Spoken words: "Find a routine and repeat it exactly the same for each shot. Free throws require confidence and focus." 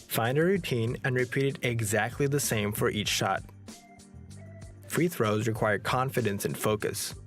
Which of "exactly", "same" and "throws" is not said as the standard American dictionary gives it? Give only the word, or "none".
none